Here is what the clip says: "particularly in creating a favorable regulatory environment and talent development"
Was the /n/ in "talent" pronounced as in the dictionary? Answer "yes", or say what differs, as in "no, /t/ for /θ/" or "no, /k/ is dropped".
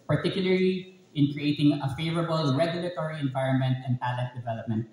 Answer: no, /n/ is dropped